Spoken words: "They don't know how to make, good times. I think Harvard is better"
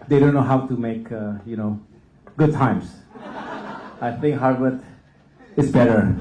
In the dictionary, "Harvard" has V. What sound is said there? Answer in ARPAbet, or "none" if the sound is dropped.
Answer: W